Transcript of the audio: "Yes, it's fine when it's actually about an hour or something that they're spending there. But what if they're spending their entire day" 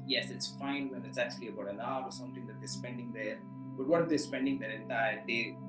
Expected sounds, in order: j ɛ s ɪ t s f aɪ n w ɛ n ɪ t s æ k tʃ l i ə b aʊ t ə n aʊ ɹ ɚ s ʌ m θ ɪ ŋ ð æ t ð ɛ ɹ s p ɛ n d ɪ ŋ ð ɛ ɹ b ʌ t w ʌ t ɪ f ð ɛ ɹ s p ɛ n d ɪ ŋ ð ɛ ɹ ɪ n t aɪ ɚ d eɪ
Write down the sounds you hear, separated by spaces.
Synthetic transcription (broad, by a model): j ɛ s ɪ t s f aɪ n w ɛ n ɪ t s æ k tʃ l i ə b aʊ t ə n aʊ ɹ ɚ s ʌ m t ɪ ŋ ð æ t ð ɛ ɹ s p ɛ n d ɪ ŋ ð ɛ ɹ b ʌ t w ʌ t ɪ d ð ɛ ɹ s p ɛ n d ɪ ŋ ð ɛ ɹ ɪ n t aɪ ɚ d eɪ